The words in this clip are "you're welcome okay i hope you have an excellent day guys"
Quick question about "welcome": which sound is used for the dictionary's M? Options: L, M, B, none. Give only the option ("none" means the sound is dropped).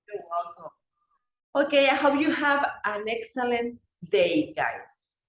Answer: none